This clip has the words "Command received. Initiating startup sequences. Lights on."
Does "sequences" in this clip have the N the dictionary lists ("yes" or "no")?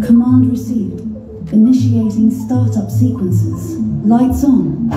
yes